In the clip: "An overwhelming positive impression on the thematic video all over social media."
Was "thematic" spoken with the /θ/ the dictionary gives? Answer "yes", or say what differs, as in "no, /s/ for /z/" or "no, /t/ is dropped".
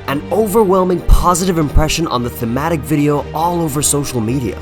yes